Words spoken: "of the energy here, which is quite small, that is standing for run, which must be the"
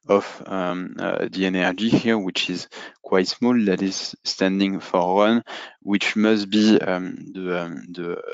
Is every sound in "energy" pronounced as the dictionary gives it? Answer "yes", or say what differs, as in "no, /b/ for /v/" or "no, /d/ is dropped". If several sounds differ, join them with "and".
yes